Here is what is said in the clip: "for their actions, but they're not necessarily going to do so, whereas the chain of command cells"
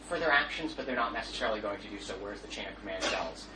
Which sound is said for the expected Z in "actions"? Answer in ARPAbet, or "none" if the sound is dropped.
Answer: Z